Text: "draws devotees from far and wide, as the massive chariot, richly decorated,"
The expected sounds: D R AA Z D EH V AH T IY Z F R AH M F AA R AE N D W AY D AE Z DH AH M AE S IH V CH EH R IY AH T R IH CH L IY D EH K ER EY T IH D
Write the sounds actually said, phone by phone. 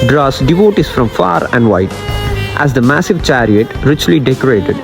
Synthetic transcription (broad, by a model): D R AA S D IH V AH T IY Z F R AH M F AA R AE N D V AY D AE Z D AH M AE S IH V CH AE R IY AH T R IH CH L IY D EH K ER EY T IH D